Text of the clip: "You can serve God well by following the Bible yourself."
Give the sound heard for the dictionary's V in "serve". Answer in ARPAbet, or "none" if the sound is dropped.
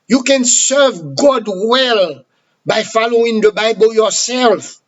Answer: V